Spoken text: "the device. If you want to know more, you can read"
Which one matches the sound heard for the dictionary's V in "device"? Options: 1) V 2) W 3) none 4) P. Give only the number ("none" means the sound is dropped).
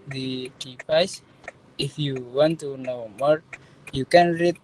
4